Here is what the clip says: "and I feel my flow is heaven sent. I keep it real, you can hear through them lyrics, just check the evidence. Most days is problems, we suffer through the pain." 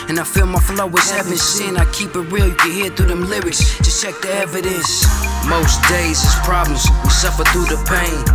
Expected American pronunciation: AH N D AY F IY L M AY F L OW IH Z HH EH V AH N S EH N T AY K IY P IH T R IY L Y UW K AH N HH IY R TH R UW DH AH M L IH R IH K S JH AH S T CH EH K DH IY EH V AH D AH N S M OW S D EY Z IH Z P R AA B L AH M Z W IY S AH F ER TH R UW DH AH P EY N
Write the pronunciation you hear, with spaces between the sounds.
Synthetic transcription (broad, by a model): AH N AY F IY L M AY F L OW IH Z HH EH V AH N S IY N AY K IY P IH T R IY L Y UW K AH N HH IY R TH UW DH AH M L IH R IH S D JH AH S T CH EH K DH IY EH V AH D AH N S M OW S D EY Z IH Z P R AA B L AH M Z W IY S AH F ER TH R UW DH AH P EY N